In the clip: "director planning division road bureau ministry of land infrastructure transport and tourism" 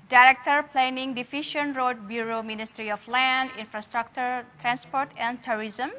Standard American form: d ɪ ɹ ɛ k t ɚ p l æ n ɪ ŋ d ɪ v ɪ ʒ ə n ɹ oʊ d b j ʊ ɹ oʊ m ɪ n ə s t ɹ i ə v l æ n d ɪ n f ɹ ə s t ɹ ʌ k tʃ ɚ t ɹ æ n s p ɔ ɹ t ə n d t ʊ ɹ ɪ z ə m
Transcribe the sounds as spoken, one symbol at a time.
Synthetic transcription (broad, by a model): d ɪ ɹ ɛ k t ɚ p l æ n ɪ ŋ d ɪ f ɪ ʃ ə n ɹ oʊ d b j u ɹ oʊ m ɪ n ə s t ɹ i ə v l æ n d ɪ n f ɹ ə s t ɹ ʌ k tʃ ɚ t ɹ æ n s p ɔ ɹ t ə n d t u ɹ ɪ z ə m